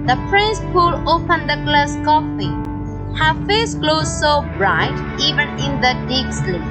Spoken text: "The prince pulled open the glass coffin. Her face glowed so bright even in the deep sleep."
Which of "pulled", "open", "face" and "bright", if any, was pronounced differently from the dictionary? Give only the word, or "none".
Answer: pulled